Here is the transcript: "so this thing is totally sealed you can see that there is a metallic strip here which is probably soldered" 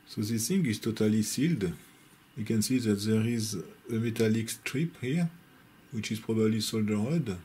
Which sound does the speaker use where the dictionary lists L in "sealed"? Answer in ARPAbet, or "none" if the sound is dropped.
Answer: L